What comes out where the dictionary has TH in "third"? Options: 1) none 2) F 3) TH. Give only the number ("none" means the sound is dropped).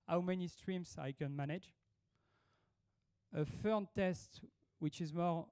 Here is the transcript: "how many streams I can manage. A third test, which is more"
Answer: 2